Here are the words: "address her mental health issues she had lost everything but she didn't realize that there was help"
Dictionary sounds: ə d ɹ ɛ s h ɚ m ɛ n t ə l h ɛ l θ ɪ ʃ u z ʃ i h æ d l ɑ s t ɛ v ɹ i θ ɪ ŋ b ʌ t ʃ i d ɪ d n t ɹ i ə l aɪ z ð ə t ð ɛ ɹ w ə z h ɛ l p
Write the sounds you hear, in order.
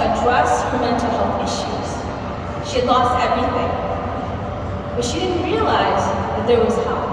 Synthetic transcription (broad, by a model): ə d ɹ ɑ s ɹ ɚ m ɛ n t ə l h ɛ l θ ɪ ʃ u z ʃ i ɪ d l ɑ s t ɛ v ɹ i θ ɪ ŋ b ʌ t ʃ i d ɪ d n t ɹ i ə l aɪ z ð ə t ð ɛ ɹ w ə z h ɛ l